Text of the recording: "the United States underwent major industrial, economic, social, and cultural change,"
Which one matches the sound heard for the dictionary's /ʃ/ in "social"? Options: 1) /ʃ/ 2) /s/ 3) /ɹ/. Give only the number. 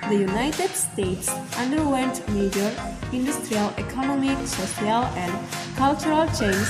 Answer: 2